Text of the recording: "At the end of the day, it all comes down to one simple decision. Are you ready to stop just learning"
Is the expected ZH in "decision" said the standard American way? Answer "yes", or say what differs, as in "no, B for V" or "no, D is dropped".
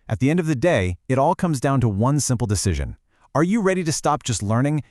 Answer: yes